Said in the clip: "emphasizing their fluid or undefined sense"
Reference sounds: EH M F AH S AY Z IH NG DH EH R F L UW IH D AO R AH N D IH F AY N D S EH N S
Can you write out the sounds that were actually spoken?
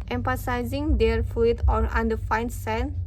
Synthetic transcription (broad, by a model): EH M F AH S AY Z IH NG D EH R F UW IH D AO R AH N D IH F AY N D S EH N